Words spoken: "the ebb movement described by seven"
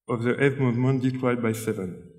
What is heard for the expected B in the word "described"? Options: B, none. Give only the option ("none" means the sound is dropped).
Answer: none